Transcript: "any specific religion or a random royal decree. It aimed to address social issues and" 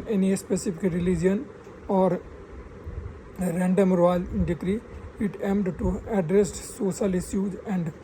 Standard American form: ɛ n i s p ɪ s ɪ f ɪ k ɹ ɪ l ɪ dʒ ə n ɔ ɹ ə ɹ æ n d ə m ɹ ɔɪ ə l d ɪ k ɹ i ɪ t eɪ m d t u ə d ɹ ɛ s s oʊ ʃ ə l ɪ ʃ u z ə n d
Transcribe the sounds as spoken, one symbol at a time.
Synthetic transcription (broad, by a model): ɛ n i s p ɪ s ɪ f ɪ k ɹ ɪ l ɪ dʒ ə n ɔ ɹ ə ɹ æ n d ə m ɹ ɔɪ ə n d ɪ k ɹ i ɪ t eɪ m d t u ə d ɹ ɛ s s oʊ ʃ ə l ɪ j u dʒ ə n d